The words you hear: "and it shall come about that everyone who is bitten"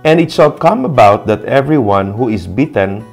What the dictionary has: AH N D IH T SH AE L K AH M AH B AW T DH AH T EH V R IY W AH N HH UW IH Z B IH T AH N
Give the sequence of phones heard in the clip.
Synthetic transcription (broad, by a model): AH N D IH T S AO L K AH M AH B AW T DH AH T EH V R IY W AH N HH UW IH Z B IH T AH N